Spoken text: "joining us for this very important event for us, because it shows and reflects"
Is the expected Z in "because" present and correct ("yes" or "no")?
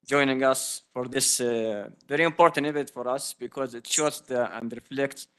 yes